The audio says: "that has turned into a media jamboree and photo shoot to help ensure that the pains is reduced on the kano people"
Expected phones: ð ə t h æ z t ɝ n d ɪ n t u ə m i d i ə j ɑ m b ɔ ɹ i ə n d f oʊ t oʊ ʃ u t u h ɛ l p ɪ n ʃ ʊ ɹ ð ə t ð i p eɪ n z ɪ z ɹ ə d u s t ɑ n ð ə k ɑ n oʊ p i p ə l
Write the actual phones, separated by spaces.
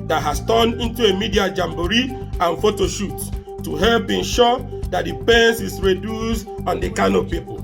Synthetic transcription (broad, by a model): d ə t h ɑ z t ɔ n ɪ n t u ə m i d i ə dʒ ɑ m b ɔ ɹ i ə n f oʊ t oʊ ʃ u t u h ɛ l p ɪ n ʃ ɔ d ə t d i p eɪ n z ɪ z ɹ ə d u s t ɑ n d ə k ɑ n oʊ p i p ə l